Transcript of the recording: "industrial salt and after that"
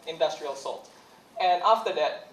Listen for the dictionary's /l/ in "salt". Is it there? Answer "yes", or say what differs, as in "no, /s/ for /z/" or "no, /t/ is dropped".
yes